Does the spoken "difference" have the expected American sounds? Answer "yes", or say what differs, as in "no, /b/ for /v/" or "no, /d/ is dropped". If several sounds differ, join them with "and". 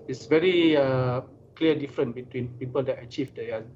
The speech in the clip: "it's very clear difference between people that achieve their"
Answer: no, /s/ is dropped